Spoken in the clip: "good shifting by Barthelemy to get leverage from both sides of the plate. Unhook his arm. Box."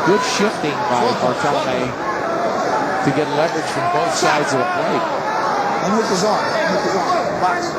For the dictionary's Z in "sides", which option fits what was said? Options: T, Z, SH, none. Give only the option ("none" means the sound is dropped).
Z